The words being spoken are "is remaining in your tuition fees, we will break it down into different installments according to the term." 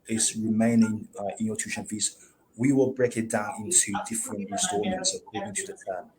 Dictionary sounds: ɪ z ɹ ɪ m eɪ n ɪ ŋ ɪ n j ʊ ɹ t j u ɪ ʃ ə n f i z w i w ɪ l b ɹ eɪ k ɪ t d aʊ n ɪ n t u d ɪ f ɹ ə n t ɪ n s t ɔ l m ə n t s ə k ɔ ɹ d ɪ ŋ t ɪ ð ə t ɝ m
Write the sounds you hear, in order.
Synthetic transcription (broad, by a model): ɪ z ɹ ɪ m eɪ n ɪ ŋ ɪ n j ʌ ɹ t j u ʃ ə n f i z w i w ɪ l b ɹ eɪ k ɪ t d aʊ n ɪ n t u d ɪ f ɹ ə n t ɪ s t ɔ m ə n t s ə k ɔ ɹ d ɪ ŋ t ɪ ð ə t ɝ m